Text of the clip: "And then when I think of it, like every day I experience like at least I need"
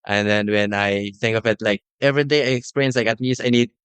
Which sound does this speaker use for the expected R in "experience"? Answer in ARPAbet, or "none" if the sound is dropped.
none